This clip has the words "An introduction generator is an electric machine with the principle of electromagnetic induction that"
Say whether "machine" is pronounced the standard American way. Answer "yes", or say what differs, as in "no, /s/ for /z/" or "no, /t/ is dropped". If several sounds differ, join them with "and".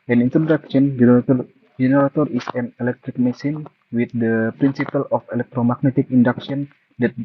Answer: no, /s/ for /ʃ/